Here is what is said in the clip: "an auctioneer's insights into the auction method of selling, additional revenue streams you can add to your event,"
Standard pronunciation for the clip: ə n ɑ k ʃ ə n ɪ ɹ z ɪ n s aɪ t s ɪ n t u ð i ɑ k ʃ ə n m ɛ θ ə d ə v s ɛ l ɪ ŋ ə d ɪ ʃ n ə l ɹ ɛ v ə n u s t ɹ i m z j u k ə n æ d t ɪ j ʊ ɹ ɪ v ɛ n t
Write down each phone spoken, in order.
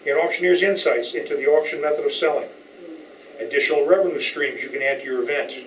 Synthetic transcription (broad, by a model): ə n ɑ k ʃ ə n ɪ ɹ z ɪ n s aɪ t s ɪ n t u ð i ɑ k ʃ ə n m ɛ θ ə d ə v s ɛ l ɪ ŋ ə d ɪ ʃ n l ɹ ɛ v ə n u s t ɹ i m z j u k ə n æ d t ɪ j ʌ ɹ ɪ v ɛ n t